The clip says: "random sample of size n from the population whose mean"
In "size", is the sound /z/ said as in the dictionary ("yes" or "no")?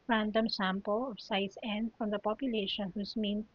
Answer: no